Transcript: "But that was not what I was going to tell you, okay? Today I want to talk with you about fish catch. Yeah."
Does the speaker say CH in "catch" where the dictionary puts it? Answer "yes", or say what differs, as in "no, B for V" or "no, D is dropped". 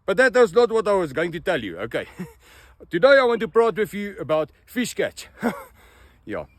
yes